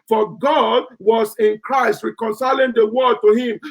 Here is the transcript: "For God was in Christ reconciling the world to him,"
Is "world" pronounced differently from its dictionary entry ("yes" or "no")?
yes